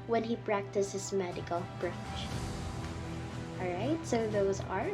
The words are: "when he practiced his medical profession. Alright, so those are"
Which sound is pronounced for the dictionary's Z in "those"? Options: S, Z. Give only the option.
Z